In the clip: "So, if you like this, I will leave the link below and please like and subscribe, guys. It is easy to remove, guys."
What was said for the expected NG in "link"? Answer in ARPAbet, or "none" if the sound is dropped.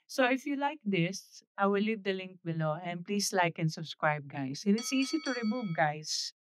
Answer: NG